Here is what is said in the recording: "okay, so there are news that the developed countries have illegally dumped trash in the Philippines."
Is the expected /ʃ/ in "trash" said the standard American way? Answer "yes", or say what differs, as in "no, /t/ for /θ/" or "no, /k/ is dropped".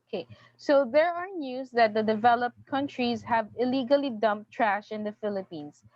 yes